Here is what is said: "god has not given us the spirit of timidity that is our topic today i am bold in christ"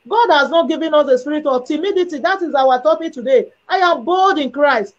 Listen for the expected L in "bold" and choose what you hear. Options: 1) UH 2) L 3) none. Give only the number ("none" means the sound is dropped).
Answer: 2